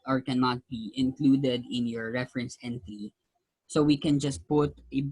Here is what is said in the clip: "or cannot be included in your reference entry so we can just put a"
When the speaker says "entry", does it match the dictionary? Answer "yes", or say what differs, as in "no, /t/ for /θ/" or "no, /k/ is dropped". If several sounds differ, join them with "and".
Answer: no, /ɹ/ is dropped